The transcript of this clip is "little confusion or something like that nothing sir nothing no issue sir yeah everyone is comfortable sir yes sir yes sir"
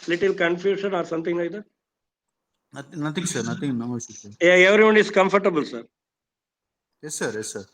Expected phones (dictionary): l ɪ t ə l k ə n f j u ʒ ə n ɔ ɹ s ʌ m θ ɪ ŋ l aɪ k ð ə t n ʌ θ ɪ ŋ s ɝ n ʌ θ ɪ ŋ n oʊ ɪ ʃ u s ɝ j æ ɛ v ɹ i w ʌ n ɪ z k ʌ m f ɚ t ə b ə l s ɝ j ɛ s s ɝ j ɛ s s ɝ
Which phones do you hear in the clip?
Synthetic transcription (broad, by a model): l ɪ t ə l k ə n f j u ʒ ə n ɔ ɹ s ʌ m t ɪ ŋ n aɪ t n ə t n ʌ t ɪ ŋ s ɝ n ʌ t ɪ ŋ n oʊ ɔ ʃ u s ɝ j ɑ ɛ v ɹ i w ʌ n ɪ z k ʌ m f ɚ t ə b ə l s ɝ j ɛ s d j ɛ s s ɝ